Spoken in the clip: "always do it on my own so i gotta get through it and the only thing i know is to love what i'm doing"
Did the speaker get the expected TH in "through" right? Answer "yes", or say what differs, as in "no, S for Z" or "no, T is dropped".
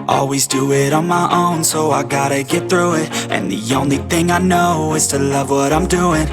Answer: yes